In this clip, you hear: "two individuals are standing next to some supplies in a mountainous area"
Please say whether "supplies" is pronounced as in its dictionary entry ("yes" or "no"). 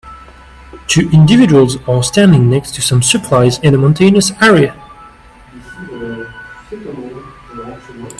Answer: yes